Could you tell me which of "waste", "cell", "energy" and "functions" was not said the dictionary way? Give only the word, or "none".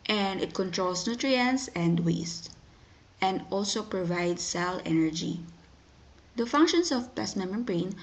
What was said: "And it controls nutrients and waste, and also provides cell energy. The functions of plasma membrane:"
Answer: functions